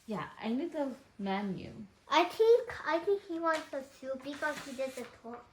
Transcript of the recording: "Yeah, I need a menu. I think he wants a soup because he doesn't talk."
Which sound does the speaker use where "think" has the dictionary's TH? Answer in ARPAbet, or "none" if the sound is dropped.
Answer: T